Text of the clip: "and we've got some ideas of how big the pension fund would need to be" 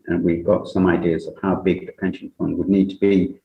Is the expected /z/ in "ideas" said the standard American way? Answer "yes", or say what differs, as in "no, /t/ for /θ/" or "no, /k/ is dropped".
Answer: yes